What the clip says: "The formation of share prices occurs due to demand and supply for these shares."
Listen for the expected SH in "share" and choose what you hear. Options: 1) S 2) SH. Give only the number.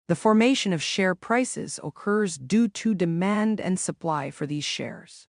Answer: 2